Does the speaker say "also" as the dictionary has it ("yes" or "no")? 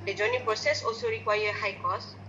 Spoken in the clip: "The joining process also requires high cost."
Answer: no